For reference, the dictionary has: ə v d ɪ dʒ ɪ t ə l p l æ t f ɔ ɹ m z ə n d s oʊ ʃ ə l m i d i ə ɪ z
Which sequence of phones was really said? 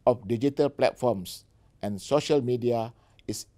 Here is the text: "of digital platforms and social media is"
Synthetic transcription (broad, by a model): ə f d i dʒ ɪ t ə l p l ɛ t f ɔ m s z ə n s oʊ ʃ ə l m i d i ə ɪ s